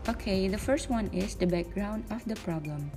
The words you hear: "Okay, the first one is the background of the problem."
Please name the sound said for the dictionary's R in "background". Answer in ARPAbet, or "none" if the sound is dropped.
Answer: R